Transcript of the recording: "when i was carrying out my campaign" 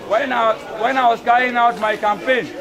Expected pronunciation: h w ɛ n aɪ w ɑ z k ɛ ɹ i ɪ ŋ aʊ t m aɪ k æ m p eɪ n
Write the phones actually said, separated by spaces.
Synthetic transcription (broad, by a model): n w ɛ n aɪ w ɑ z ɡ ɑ i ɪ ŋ aʊ t m aɪ k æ m p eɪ n